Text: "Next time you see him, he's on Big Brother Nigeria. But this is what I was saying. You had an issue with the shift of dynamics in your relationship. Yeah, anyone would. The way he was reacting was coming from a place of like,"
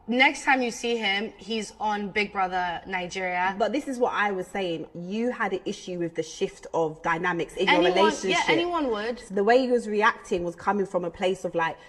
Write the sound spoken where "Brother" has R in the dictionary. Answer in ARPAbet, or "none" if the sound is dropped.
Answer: R